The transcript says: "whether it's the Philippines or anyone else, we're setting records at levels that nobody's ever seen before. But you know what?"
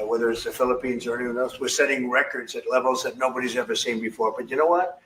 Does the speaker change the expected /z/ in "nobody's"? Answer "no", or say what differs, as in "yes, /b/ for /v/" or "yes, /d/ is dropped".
no